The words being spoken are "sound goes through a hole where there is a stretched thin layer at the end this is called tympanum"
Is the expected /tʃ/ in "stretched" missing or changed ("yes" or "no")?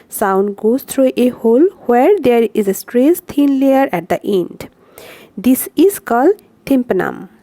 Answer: yes